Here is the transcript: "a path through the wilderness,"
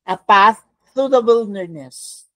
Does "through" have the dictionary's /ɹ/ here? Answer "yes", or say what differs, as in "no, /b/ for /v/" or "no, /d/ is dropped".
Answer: no, /ɹ/ is dropped